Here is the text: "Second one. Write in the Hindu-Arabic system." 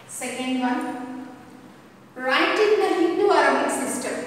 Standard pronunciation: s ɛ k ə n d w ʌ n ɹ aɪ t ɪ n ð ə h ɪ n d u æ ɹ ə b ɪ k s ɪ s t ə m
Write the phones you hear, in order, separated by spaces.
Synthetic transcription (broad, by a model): s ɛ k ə n d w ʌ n ɹ aɪ t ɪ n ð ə h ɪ n d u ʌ ɹ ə ɪ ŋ s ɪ s t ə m